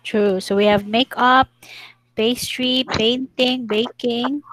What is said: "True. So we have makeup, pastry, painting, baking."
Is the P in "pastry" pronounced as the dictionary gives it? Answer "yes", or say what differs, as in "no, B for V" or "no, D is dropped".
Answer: no, B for P